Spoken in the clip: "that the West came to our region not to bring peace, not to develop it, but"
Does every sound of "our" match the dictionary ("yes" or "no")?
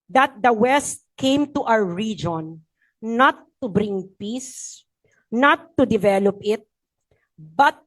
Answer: no